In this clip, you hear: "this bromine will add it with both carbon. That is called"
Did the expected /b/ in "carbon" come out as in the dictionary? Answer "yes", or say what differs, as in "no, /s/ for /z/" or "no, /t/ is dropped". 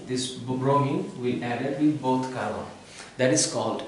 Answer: no, /b/ is dropped